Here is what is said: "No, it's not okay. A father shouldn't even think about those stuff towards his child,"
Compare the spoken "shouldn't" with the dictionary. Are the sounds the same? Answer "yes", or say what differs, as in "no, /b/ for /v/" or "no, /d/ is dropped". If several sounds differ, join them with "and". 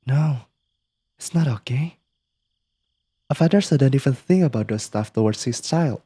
no, /s/ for /ʃ/